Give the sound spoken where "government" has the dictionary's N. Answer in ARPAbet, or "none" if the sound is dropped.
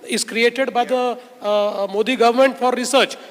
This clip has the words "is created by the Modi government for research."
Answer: N